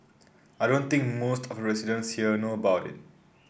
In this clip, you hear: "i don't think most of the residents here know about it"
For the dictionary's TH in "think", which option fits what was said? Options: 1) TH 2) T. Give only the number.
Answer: 2